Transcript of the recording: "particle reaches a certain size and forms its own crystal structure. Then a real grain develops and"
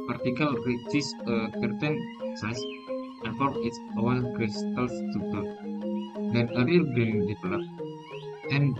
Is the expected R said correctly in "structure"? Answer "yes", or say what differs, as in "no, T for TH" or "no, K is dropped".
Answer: no, R is dropped